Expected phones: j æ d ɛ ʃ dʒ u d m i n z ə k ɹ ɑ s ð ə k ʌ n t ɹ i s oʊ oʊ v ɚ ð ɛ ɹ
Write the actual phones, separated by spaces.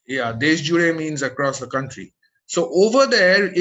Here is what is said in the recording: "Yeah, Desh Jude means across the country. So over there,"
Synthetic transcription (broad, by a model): j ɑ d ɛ s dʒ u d m i n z ə k ɹ ɑ s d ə k ʌ n t ɹ i s oʊ oʊ v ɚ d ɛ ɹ